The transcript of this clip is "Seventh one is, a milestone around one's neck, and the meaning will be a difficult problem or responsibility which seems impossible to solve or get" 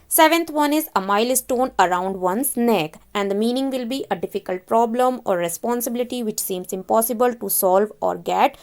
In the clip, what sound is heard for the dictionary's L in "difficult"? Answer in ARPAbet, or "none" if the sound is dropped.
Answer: L